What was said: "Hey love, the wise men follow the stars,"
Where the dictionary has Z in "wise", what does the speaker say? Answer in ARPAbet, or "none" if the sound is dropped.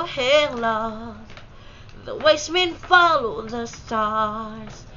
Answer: S